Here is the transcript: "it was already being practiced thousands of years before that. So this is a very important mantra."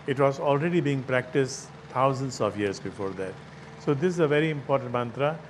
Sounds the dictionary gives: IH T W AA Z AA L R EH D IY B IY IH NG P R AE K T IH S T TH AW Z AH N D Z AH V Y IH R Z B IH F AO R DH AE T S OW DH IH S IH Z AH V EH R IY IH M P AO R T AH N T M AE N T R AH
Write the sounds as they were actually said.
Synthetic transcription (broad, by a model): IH T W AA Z AA L R EH D IY B IY IH NG P R AE K T IH S T T AW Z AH N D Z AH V Y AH R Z B IH F AO R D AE T S OW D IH S IH Z AH V EH R IY IH M P AO R T AH N T M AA N T R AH